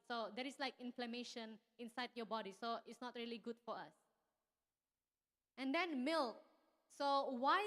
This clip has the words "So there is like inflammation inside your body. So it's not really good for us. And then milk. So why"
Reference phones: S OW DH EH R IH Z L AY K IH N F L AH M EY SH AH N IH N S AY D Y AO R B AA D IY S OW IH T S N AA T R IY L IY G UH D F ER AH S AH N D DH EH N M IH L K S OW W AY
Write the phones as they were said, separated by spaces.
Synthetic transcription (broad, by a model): S OW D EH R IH S L AY K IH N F L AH M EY SH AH N IH N S AY D Y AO B AA D IY S OW IH T S N AA T R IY L IY G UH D F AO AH S AH N D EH N M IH L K S OW W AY